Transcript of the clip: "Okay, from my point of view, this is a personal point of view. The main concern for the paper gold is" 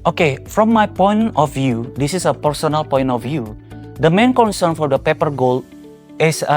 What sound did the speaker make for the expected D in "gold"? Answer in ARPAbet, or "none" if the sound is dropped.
none